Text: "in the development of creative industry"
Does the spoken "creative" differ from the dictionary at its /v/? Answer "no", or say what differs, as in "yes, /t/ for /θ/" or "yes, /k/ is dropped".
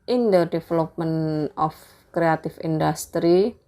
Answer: yes, /f/ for /v/